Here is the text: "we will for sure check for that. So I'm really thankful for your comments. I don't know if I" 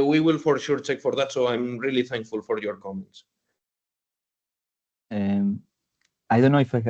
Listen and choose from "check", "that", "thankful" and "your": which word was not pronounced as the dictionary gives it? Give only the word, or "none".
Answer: none